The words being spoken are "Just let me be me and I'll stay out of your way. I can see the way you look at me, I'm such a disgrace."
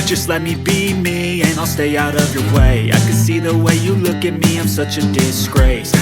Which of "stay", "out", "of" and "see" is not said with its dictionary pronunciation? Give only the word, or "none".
none